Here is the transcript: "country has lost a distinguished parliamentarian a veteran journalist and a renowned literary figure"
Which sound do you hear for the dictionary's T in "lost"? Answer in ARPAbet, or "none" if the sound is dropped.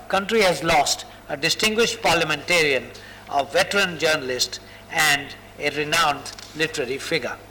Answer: T